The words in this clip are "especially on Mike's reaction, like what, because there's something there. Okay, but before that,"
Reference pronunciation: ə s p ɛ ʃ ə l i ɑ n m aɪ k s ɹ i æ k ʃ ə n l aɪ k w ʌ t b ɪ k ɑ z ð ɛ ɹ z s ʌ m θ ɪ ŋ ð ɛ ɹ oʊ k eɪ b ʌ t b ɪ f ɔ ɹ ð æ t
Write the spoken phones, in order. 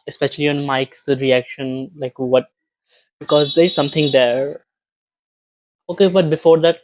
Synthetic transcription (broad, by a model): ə s p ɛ ʃ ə l i ɑ n m aɪ k s ɹ i æ k ʃ ə n l aɪ k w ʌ t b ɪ k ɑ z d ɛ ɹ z s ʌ m t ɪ ŋ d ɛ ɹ oʊ k eɪ b ʌ t b ɪ f ɔ ɹ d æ t